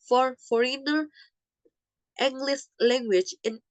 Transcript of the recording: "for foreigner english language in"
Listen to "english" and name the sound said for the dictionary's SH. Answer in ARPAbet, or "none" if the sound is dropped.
S